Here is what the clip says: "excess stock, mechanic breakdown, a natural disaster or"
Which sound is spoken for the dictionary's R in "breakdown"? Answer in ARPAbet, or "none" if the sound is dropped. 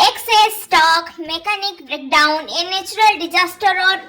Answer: R